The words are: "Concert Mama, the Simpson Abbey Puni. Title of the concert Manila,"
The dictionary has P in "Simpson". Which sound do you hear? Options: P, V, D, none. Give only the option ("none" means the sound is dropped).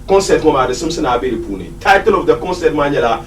none